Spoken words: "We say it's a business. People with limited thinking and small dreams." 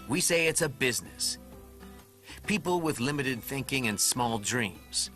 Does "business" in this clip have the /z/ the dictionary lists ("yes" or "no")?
yes